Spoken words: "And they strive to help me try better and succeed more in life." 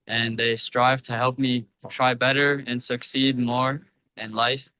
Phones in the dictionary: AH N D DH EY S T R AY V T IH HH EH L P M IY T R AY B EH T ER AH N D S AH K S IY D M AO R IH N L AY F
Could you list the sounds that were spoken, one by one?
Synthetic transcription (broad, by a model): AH N DH EY S T R AY V T IH HH EH L P M IY T R AY B EH T ER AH N S AH K S IY D M AO R IH N L AY F